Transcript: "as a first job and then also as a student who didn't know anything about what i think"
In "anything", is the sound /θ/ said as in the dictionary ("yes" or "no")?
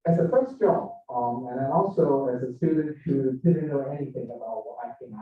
yes